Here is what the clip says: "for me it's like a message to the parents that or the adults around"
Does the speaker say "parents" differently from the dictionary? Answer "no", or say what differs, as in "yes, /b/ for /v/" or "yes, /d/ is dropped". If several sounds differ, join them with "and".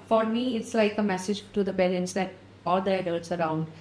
yes, /b/ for /p/ and /l/ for /ɹ/